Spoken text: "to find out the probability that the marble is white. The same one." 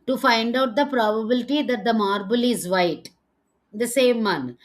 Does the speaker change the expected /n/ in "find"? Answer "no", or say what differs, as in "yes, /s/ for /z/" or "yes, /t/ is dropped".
no